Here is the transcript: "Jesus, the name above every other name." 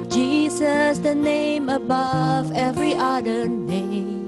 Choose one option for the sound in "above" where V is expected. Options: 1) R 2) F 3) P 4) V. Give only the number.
4